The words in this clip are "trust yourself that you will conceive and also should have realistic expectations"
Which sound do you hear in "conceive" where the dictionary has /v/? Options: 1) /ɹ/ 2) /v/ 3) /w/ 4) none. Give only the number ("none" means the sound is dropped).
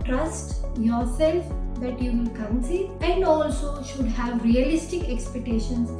4